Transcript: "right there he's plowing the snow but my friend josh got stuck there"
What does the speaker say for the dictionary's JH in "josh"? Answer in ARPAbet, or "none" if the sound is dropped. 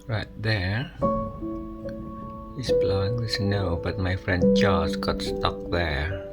CH